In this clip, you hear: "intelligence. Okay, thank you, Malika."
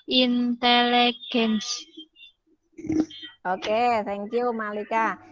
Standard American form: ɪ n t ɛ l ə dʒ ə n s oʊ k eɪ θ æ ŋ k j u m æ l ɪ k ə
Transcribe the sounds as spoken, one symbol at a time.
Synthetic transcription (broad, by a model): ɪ n t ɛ l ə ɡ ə n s oʊ k eɪ s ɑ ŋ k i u m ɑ l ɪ k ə